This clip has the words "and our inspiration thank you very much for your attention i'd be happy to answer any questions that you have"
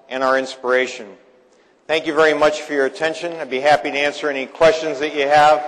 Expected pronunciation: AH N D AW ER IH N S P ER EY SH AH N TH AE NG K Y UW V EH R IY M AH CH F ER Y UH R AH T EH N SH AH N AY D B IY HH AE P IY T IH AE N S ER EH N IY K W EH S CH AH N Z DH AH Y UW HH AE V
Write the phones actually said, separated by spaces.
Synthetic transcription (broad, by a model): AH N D AW ER IH N S P ER EY SH AH N TH AE NG K Y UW V EH R IY M AH CH F ER Y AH R AH T EH N SH AH N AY B IY HH AE P IY T IH AE N S ER EH N IY K W EH S CH AH N Z DH AH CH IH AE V